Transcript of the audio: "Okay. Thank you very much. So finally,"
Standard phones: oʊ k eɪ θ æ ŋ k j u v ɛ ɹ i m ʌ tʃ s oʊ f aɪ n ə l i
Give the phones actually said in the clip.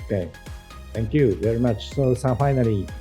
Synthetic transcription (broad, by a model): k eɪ t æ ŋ k j u v ɛ ɹ i m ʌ tʃ s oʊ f aɪ n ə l i